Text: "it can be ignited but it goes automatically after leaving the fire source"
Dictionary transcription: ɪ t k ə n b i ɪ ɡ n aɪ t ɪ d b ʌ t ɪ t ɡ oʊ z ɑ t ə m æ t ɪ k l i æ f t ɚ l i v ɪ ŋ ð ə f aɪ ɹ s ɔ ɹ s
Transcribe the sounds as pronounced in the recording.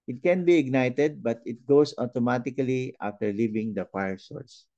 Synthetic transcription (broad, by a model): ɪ t k ə n b i ɪ ɡ n aɪ t ɪ d b ʌ t ɪ t ɡ oʊ s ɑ t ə m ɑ t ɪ k l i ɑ f t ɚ l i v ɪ ŋ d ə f aɪ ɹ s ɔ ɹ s